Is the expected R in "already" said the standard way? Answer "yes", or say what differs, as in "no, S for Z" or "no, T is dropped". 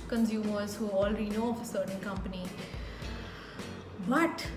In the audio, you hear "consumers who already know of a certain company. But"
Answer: no, L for R